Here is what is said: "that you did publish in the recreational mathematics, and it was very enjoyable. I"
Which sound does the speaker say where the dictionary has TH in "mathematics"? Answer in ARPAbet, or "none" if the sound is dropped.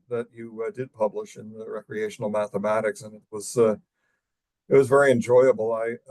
TH